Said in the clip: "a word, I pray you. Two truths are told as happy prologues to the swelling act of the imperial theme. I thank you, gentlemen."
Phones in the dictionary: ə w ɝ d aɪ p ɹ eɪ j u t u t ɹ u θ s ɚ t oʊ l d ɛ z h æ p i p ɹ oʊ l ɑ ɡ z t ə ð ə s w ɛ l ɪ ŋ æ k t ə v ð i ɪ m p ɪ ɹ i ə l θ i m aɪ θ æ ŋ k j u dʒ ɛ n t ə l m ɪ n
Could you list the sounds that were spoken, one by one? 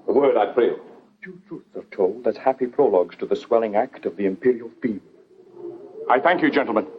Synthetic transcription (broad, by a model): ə w ɝ d aɪ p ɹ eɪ t u t ɹ u θ s ɚ t oʊ l d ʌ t h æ p i p ɹ oʊ l ɑ ɡ z t ə ð ə s w ɛ l ɪ ŋ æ k t ə v ð i ɪ m p ɪ ɹ i ə l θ i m aɪ θ æ ŋ k j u dʒ ɛ n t l m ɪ n